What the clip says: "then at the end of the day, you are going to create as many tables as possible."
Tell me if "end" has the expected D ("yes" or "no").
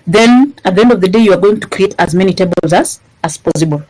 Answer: yes